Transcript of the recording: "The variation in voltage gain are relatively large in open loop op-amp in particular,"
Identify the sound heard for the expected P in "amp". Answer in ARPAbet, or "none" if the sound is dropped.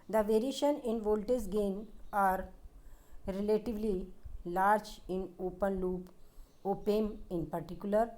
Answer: none